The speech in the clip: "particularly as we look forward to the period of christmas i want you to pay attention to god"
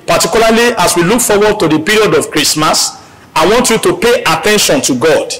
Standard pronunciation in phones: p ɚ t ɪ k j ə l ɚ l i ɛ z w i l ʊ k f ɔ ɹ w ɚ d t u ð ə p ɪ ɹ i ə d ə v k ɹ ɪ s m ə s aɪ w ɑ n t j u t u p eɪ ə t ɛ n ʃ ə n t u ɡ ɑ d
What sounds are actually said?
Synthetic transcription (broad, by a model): p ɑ t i k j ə l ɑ l i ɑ s w i l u k f ɔ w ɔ d t u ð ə p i ɹ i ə d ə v k ɹ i s m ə s aɪ w ɑ n t j u t u p eɪ ə t ɛ n ʃ ə n t u ɡ ɑ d